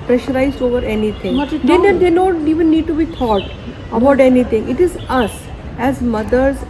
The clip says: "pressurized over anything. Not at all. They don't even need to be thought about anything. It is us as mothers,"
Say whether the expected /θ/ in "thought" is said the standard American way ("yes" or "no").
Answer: no